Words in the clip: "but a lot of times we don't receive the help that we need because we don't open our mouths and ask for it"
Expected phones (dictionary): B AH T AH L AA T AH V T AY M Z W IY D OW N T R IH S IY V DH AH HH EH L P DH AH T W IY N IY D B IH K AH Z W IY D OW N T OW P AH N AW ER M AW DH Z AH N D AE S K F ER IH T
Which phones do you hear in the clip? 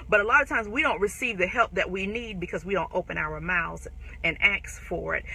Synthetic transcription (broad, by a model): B AH T AH L AA T AH V T AY M Z W IY D OW N T R IH S IY V DH AH HH EH L P DH AH T W IY N IY D B IH K AH Z W IY D OW N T OW P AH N AW ER M AW Z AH N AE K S F ER IH T